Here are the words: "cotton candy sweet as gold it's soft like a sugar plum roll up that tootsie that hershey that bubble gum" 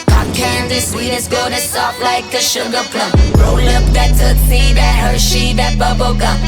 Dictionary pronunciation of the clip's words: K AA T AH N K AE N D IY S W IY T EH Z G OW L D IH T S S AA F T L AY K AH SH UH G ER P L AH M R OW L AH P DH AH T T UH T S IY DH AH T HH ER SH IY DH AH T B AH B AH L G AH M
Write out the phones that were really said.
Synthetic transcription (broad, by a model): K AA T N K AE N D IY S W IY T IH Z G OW D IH S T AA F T L AY K AH SH UH G ER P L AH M R OW L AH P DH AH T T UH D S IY DH AH T HH ER SH IY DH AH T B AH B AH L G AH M